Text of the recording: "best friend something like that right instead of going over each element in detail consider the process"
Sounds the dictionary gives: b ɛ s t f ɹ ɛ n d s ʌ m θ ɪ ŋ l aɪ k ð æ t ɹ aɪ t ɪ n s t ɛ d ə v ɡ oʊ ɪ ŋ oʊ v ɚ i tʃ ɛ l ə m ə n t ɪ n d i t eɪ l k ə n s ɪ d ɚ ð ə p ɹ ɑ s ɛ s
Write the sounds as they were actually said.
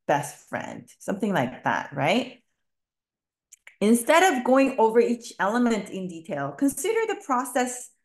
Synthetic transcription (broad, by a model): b ɛ s t f ɹ ɛ n d s ʌ m θ ɪ ŋ l aɪ k ð æ t ɹ aɪ t ɪ n s t ɛ d ə v ɡ oʊ ɪ ŋ oʊ v ɚ i tʃ ɛ l ə m ə n t ɪ n d i t eɪ l k ə n s ɪ d ɚ ð ə p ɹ ɑ s ɛ s